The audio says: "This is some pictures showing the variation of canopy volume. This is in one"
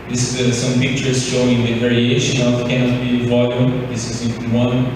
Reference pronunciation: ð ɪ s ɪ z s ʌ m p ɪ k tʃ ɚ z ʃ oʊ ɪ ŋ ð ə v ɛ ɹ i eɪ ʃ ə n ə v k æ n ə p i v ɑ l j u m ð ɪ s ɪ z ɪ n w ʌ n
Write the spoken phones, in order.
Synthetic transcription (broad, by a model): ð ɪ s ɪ s ʌ m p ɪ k tʃ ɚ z ʃ oʊ ɪ ŋ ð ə v ɛ ɹ i eɪ ʃ ə n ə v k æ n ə b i v ɑ l j u m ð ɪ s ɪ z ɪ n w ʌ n